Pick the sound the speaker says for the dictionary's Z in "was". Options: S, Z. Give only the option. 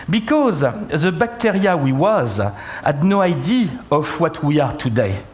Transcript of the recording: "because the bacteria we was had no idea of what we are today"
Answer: Z